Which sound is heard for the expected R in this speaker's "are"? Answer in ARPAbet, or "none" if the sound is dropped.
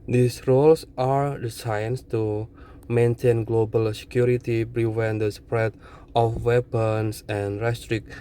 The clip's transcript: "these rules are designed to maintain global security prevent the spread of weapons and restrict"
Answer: R